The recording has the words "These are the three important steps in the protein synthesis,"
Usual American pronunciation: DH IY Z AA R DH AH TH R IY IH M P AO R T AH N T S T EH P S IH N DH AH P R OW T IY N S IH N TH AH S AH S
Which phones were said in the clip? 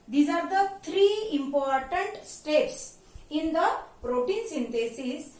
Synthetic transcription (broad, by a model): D IY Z AA R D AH T R IY IH M P AO R T AH N T S T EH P S IH N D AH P R OW T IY N S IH N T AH S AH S